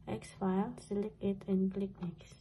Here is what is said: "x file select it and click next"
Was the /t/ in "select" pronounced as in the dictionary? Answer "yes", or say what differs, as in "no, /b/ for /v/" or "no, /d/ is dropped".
no, /t/ is dropped